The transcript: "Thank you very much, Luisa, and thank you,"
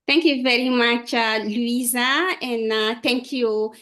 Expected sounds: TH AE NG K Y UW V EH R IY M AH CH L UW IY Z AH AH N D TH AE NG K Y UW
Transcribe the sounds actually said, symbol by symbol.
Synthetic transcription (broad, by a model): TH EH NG K Y UW V EH R IY M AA CH L UW IY Z AH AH N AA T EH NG K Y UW